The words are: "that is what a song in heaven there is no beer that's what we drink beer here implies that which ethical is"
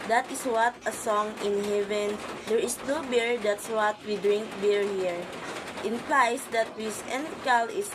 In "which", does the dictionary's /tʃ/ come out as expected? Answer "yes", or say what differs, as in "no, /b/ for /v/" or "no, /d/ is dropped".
no, /s/ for /tʃ/